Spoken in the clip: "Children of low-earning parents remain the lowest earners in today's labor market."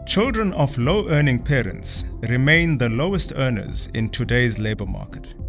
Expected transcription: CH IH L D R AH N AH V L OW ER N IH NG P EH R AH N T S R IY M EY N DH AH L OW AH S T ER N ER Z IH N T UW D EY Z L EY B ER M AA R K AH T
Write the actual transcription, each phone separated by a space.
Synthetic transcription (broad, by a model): CH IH L D R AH N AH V L OW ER N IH NG P EH R AH N T S R IY M EY N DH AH L OW AH S T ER N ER Z IH N T UW D EY Z L EY B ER M AA K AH T